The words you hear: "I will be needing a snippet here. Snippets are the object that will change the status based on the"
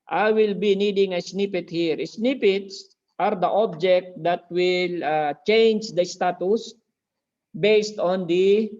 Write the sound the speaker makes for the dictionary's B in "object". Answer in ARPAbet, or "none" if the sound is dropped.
B